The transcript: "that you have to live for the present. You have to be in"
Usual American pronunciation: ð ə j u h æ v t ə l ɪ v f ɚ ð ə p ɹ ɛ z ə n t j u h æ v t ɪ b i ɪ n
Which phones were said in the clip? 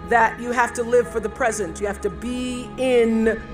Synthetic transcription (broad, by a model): ð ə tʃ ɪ h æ f t ə l ɪ v f ɚ ð ə p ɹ ɛ z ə n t j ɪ h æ f t ɪ b i ɪ n